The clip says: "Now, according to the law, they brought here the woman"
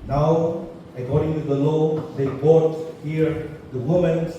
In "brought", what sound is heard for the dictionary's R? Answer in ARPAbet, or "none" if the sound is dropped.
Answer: none